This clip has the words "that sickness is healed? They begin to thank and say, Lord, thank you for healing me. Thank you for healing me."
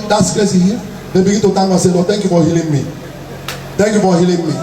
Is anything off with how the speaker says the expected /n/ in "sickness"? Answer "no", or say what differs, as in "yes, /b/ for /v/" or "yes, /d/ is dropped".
yes, /l/ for /n/